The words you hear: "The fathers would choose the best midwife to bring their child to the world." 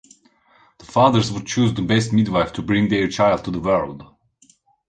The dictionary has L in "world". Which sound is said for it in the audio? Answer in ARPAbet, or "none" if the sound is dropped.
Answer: L